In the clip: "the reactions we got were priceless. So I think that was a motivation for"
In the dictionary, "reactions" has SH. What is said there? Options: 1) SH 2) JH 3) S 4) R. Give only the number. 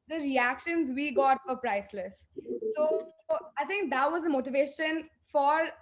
1